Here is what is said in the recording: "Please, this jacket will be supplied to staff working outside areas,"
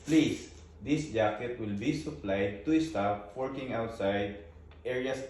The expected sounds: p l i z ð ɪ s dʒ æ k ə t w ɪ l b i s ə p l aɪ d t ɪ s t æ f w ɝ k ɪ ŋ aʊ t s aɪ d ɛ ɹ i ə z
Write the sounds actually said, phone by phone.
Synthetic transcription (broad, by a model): p l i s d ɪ s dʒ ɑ k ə t w ɪ l b i s ə p l aɪ d t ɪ s t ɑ p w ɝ k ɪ ŋ aʊ t s aɪ d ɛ ɹ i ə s